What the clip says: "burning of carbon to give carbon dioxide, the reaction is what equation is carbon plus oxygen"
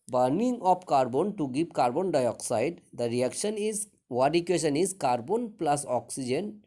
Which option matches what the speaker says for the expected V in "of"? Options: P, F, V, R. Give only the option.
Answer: P